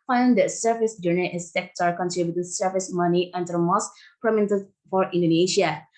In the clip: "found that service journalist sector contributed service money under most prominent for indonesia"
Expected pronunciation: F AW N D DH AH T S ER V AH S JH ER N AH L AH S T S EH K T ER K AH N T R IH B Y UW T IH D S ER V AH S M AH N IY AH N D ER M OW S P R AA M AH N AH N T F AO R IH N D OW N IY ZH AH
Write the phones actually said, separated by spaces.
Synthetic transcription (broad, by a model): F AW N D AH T S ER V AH S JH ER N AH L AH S S EH K T ER K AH N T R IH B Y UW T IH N S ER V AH S M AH N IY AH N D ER M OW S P R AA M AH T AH T F AO R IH N D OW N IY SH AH